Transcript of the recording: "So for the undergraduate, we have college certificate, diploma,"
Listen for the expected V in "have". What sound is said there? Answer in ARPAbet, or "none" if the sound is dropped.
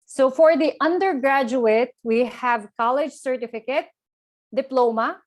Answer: V